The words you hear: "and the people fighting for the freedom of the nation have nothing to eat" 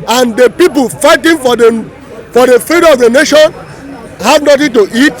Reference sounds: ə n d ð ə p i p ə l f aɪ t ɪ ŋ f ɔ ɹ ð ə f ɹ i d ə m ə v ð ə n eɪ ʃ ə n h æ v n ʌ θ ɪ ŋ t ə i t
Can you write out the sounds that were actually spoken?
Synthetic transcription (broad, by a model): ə n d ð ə p i p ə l f aɪ t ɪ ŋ f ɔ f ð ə f i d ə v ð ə n eɪ ʃ ə n h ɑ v n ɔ t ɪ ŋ t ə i t